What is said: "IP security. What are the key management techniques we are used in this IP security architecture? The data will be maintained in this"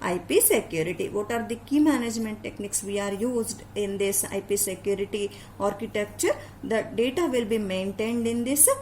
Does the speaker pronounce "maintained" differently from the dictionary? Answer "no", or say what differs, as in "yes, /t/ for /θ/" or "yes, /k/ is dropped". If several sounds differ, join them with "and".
no